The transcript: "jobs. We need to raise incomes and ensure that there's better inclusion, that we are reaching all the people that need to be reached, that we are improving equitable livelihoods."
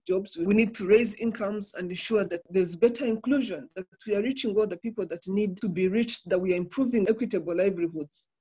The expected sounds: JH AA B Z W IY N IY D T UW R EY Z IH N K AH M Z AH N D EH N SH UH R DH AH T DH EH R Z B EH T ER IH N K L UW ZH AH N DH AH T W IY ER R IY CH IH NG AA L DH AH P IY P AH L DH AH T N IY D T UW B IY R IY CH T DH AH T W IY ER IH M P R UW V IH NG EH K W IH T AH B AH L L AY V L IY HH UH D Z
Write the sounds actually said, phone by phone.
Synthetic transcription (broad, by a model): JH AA B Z W IY N IY D T UW R EY Z IH N K AH M Z AH N D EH N SH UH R DH AH T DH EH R Z B EH T ER IH N K L UW ZH AH N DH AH T W IY ER R IY CH IH NG AA L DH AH P IY P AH L DH AH T N IY D T UW B IY R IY CH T DH AH T W IY ER IH M P R UW V IH NG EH K W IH T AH B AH L L AY V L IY HH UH D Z